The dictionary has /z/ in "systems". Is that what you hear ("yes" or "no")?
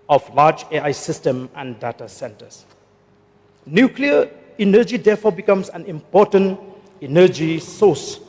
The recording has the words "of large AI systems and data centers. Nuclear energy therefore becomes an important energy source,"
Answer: no